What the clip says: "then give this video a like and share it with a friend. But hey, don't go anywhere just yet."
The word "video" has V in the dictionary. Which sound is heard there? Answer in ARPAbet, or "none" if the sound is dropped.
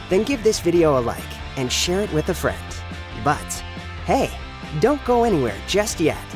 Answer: V